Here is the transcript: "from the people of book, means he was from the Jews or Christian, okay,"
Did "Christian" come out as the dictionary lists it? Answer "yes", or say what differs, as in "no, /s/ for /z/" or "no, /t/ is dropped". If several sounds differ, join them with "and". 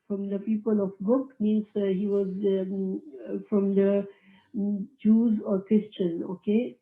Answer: yes